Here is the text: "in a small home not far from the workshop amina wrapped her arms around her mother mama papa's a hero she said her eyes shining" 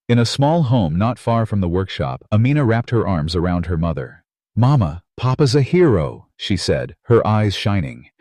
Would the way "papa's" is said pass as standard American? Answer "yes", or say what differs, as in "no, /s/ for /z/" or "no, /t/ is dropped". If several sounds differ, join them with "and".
yes